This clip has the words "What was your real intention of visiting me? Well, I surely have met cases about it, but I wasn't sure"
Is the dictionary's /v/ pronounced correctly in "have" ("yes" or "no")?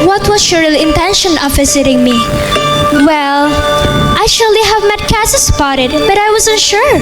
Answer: yes